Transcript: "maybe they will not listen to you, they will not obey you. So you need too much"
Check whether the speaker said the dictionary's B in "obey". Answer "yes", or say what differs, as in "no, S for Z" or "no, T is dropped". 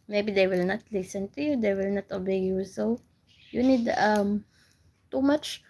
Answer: yes